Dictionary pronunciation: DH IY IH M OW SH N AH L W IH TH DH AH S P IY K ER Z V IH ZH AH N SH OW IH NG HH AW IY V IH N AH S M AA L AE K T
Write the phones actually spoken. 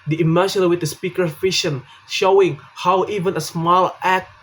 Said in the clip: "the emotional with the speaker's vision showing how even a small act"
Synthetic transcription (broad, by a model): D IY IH M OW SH AH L W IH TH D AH S P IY K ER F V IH SH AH N SH OW IH NG HH AW IY V IH N AH S M AA L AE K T